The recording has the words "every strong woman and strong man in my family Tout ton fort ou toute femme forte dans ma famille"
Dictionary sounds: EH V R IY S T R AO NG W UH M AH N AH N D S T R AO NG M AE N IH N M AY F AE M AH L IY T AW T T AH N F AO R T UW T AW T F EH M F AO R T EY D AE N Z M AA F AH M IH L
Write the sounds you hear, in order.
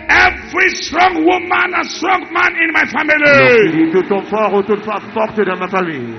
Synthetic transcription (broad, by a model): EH V R IY S T R AO NG W UH M AH N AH S T R AO NG M AE N IH N M AY F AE M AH L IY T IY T T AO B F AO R UW T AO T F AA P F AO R T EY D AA M AA F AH M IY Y